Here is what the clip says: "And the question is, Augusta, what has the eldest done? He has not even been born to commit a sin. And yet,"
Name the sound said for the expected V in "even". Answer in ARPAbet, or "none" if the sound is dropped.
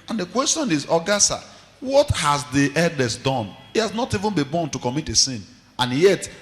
V